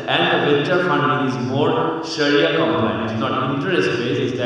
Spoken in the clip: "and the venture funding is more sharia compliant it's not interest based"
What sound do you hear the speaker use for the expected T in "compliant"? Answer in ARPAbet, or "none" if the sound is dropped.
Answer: none